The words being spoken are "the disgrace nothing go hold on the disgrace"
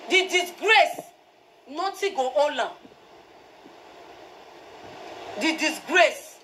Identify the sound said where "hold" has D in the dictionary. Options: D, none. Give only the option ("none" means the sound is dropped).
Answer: none